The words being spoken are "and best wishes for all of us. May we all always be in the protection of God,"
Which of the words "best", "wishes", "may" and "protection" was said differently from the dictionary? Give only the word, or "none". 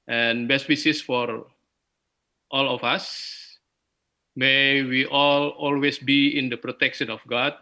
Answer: wishes